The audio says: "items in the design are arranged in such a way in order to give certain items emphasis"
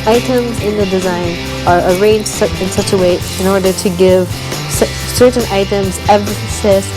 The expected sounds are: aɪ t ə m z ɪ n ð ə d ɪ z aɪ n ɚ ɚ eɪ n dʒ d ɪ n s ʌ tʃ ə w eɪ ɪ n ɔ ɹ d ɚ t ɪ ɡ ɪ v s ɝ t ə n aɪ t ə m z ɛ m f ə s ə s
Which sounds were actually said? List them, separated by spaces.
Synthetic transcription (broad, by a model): aɪ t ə m z ɪ n ð ə d ɪ z aɪ n ɚ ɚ eɪ n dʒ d ɪ n s ʌ tʃ ə w eɪ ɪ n ɔ ɹ d ɚ t ɪ ɡ ɪ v s ɝ t n aɪ t ə m z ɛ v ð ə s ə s